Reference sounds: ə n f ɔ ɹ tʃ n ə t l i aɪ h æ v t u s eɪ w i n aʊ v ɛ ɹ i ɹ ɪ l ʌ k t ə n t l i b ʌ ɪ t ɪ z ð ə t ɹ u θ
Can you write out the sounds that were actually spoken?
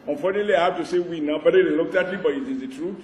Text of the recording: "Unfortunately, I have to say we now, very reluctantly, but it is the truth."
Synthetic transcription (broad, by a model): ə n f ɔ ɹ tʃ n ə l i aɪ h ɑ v t u s eɪ w i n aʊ b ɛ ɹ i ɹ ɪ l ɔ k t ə t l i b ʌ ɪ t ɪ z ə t ɹ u